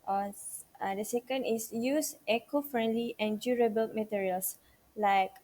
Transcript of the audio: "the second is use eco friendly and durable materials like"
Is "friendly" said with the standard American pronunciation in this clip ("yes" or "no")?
yes